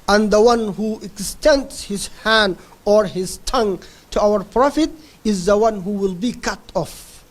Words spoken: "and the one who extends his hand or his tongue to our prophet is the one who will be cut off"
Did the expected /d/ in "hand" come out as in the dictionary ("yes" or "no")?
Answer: yes